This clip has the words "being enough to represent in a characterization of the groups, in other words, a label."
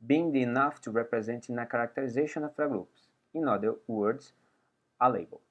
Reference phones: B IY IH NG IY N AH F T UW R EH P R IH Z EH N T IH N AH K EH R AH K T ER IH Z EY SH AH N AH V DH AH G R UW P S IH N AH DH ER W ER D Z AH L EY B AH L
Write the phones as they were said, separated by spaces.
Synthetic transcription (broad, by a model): B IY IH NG IY N AH F T UW R EH P R IH Z EH N T IH N AH K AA R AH K T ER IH Z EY SH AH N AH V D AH G R UW P S IH N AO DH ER W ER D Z AH L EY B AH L